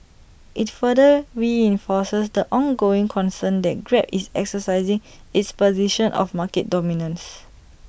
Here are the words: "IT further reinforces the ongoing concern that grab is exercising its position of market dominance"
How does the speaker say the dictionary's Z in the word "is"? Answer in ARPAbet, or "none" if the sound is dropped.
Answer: S